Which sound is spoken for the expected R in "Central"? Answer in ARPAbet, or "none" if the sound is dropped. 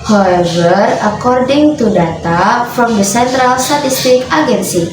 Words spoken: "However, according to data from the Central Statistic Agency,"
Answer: R